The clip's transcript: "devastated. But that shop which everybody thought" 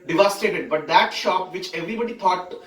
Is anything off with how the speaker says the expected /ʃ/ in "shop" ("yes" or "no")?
no